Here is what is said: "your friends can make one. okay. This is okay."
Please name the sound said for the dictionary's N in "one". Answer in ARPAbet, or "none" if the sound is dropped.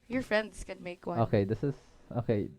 none